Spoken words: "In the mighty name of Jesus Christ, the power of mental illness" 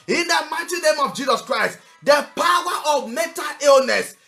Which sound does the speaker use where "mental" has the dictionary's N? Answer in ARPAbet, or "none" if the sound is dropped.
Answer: none